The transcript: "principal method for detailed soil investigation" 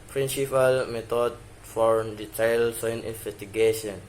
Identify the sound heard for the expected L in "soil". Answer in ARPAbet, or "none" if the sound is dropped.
N